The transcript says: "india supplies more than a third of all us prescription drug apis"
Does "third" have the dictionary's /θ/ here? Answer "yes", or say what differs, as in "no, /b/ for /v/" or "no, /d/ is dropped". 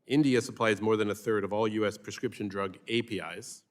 yes